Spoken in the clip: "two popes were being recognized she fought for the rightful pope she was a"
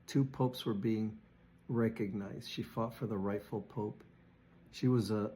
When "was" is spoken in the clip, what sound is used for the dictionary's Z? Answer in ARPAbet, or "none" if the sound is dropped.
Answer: Z